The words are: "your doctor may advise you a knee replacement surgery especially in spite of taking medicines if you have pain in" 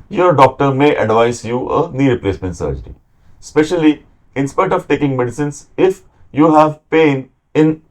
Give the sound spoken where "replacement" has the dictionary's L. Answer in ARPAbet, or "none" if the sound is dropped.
L